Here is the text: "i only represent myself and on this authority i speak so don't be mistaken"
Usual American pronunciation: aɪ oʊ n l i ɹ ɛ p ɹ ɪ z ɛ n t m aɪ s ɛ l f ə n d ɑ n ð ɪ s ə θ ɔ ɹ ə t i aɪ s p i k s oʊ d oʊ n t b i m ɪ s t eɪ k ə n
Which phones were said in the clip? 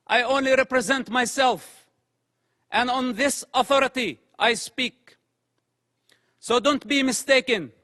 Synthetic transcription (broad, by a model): aɪ oʊ n l i ɹ ɛ p ɹ ɪ z ɛ n t m aɪ s ɛ l f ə n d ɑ n ð ɪ s ə θ ɔ ɹ ə t i aɪ s p i k s oʊ d oʊ n t b i m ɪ s t eɪ k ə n